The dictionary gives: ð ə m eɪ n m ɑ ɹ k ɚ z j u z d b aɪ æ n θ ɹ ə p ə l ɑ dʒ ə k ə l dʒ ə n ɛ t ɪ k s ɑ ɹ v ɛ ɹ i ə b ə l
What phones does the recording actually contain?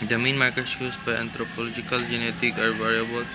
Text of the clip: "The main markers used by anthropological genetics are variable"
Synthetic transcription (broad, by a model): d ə m eɪ n m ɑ ɹ k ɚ s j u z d b aɪ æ n t ɹ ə p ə l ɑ dʒ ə k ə l dʒ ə n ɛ t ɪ k ɑ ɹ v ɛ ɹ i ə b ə l